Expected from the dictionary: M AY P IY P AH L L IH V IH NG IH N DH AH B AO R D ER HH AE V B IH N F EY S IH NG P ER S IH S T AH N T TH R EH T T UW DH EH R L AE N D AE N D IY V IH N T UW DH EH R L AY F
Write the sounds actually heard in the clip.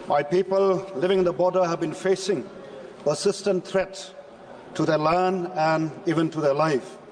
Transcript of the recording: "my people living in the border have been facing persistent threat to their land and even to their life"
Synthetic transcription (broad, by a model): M AY P IY P AH L L IH V IH NG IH N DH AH B AO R D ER HH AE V B IH N F EY S IH NG P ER S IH S T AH N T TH R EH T T UW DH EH L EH N AE N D IY V IH N T UW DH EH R L AY F